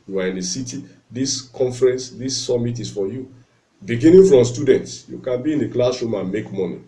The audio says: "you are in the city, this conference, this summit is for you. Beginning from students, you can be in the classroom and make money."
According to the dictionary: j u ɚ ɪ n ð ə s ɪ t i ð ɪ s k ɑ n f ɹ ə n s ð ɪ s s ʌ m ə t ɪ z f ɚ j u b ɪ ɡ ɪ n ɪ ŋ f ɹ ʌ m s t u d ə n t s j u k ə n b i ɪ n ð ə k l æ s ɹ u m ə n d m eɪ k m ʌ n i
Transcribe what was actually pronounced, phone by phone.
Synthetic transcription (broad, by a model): j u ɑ ɪ n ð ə s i t i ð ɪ s k ɑ n f ɹ ə n s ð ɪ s s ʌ m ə t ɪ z f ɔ j u b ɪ ɡ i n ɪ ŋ f ɹ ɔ m s t u d ə n t s j u k ə n b i ɪ n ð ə k l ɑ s ɔ m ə n m eɪ k m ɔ n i